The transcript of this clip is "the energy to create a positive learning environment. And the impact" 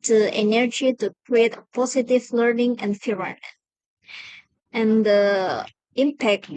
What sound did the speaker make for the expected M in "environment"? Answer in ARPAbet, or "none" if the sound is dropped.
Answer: none